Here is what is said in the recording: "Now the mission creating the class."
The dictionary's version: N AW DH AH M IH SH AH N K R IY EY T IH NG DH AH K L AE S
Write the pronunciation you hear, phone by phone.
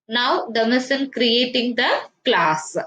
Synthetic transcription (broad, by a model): N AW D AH M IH S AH N K R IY EY T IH NG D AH K L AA S